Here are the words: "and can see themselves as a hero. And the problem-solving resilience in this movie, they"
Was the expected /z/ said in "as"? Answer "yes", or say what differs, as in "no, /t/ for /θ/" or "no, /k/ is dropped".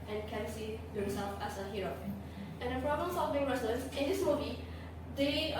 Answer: no, /s/ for /z/